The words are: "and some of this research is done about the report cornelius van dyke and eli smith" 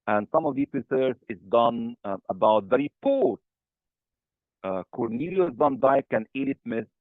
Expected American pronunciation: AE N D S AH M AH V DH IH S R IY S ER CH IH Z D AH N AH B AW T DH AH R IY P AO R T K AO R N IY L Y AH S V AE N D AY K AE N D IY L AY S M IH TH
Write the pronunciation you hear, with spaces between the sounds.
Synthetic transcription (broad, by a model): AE N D S AH M AH V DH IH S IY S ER S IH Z D AH N AH B AW T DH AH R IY P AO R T K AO R N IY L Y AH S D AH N D AY K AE N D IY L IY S M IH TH